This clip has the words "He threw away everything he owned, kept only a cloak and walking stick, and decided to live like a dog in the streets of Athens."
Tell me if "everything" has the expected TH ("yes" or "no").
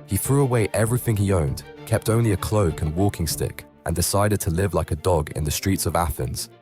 yes